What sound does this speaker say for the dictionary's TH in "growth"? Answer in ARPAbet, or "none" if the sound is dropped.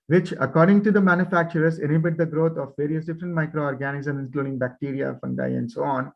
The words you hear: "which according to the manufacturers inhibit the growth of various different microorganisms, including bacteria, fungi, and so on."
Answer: T